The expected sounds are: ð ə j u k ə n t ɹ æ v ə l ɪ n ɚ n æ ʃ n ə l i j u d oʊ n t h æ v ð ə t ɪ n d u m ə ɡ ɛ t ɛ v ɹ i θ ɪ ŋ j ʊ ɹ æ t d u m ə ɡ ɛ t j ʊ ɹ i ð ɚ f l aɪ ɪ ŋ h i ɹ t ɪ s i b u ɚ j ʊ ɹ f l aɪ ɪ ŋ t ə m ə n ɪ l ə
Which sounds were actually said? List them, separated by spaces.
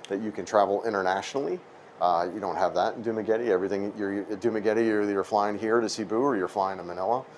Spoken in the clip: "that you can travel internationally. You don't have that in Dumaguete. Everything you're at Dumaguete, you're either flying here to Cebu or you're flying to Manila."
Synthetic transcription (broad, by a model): ð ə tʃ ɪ k ə n t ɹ æ v l ɪ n ɚ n æ ʃ n l i j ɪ d oʊ n t h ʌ v ð ə t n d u m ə ɡ ɛ t ɛ v ɹ i θ ɪ ŋ j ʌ ɹ d u m ə ɡ ɛ t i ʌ ɹ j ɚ f l aɪ ɪ ŋ h i ɹ t ɪ s i b u ɚ j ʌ ɹ f l aɪ ɪ ŋ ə m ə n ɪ l ə